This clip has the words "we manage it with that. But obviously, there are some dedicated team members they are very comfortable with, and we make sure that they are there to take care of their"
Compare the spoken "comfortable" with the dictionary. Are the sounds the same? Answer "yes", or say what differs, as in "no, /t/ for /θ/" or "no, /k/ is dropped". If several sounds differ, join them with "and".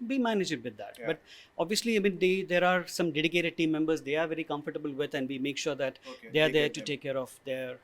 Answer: yes